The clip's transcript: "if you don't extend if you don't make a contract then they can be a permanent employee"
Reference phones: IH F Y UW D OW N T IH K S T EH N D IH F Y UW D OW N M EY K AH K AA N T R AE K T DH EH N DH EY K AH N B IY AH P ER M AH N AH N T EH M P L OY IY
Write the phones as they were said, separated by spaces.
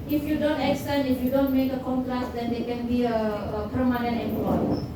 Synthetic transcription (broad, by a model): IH F Y UW D OW N T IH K S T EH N IH F Y UW D OW N M EY K AH K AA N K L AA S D EH N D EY K AH N B IY AH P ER M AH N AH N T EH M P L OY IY